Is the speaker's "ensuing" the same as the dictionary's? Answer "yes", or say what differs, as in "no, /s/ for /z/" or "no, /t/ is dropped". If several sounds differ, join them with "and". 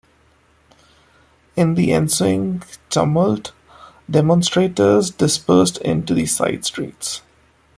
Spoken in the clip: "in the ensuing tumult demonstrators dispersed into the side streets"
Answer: yes